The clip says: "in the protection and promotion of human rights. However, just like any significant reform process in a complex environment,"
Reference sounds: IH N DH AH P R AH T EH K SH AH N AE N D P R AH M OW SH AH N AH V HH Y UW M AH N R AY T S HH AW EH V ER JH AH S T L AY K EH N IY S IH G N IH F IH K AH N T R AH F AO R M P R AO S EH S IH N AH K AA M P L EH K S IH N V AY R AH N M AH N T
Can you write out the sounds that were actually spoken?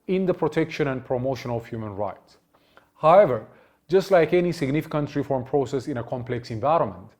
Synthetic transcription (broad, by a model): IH N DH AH P R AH T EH K SH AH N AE N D P R AH M OW SH AH N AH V HH Y UW M AH N R AY T S HH AW EH V ER JH AH S T L AY K EH N IY S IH G N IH F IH K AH N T R AH F AO R M P R AO S EH S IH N AH K AA M P L EH K S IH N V AY R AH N M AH N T